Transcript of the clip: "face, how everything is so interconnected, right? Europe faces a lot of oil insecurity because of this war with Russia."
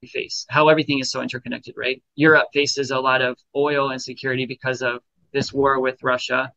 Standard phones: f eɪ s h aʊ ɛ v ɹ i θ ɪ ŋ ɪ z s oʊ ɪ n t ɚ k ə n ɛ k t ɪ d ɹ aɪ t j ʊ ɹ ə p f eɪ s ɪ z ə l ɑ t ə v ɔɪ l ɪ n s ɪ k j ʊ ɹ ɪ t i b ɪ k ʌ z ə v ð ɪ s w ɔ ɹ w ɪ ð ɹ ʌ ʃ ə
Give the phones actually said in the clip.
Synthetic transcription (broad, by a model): f eɪ s h aʊ ɛ v ɹ i θ ɪ ŋ ɪ z s oʊ ɪ n t ɚ k ə n ɛ k t ɪ d ɹ aɪ t j ʊ ɹ ə p f eɪ s ɪ z ə l ɑ t ə v ɔɪ l ɪ n s ɪ k j ʊ ɹ ɪ t i b ɪ k ʌ z ə v ð ɪ s w ɔ ɹ w ɪ ð ɹ ʌ ʃ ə